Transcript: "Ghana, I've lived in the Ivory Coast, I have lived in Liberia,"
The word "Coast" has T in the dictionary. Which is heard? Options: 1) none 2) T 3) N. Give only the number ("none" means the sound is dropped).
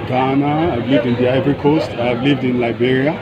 2